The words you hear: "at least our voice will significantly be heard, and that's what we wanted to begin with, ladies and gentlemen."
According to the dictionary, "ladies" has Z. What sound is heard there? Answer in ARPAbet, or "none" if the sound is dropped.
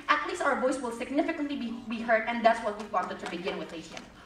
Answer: none